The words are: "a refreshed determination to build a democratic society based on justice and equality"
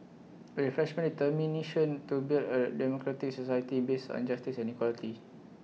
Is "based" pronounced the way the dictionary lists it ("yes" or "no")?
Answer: no